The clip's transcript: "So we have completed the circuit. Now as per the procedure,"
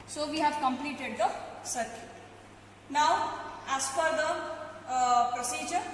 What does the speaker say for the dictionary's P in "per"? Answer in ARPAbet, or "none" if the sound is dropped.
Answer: F